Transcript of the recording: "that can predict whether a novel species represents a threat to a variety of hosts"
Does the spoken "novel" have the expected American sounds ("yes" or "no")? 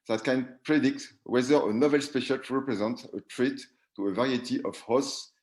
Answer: yes